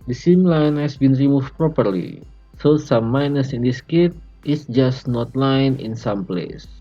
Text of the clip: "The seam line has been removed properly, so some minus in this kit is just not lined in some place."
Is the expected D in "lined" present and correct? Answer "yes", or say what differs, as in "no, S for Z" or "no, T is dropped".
no, D is dropped